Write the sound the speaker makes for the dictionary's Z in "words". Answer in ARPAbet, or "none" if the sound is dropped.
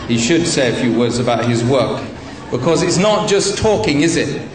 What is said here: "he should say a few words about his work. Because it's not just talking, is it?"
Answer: Z